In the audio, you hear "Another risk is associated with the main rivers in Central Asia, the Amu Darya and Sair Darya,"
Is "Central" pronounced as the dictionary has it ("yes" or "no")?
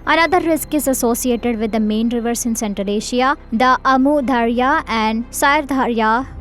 no